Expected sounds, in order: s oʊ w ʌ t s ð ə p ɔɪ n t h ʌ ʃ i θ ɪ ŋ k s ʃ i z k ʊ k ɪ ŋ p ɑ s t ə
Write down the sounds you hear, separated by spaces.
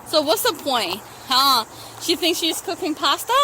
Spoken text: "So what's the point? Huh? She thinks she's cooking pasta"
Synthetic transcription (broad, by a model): s oʊ w ʌ t s ð ə p ɔɪ n t h ʌ ʃ i θ ɪ ŋ k s ʃ i z k ʊ k ɪ ŋ p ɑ s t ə